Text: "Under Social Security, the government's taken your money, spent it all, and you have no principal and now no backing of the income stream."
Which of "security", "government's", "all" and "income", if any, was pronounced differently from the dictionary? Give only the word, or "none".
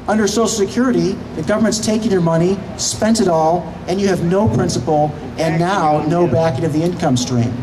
none